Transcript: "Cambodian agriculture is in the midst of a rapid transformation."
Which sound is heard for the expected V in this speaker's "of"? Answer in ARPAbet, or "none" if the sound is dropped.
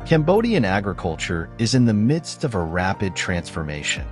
V